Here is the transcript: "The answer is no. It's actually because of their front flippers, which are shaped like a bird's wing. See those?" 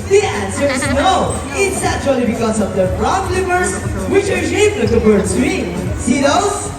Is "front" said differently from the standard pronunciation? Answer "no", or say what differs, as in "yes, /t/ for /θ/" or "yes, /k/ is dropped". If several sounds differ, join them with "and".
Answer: yes, /p/ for /f/